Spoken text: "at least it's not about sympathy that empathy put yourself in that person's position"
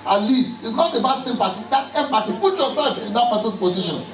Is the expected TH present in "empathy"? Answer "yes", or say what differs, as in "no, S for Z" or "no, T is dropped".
no, T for TH